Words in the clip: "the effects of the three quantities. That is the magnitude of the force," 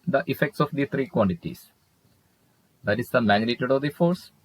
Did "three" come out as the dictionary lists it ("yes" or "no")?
no